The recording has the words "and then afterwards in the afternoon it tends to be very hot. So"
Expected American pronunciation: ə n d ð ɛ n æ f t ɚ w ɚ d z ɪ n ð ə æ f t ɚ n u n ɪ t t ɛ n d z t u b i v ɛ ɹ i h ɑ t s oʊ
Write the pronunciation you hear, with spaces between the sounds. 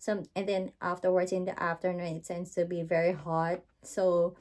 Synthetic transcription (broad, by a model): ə n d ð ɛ n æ f t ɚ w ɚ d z ɪ n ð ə æ f t ɚ n u n ɪ t s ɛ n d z t u b i v ɛ ɹ i h ɑ t s oʊ